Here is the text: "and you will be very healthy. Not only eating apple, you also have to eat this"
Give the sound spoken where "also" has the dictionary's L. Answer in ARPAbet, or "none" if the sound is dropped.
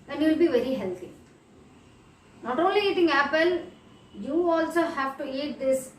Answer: L